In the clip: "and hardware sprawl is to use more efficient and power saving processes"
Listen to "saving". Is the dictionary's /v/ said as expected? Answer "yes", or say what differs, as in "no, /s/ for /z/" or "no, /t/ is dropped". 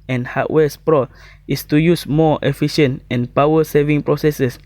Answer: yes